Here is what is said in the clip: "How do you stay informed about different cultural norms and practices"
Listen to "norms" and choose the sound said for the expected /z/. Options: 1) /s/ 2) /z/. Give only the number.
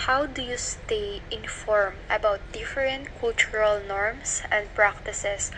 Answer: 1